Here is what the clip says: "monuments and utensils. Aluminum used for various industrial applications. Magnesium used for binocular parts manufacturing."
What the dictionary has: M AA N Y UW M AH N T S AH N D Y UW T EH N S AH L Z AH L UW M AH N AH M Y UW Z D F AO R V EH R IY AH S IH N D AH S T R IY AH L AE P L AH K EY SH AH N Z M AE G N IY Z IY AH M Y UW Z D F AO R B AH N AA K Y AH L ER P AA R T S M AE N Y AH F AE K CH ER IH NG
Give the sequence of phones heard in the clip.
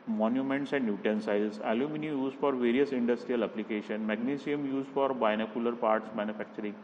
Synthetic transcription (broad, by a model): M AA N Y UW M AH N T S AH N D Y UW T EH N S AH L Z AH L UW M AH N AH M Y UW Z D F AO R V EH R IY AH S IH N D AH S T R IY AH L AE P L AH K EY SH AH N M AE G N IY S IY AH M Y UW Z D F AO R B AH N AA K Y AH L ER P AA R T S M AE N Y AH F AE K CH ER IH NG